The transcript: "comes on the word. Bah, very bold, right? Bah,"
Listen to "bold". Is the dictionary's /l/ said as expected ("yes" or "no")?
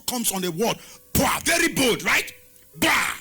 no